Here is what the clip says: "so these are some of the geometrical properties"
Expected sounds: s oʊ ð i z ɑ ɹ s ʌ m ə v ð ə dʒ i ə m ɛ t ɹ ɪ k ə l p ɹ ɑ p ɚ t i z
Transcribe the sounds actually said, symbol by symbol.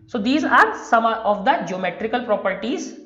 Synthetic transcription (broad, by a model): s oʊ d i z ɑ ɹ s ʌ m ə v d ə dʒ i ə m ɛ t ɹ ɪ k ə l p ɹ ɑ p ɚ t i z